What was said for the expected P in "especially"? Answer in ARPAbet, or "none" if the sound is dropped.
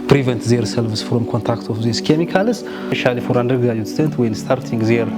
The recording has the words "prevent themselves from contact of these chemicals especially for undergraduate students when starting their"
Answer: none